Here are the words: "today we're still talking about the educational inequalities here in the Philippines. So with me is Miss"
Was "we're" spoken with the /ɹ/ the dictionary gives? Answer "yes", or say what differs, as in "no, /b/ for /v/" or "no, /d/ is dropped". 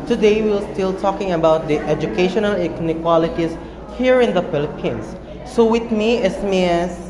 no, /l/ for /ɹ/